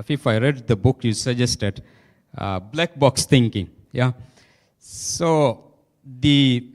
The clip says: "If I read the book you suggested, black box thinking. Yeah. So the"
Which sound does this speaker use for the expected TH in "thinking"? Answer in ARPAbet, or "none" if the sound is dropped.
T